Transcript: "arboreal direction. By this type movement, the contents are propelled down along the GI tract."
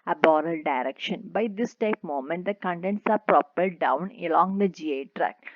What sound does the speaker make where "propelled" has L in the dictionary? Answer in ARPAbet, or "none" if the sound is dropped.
none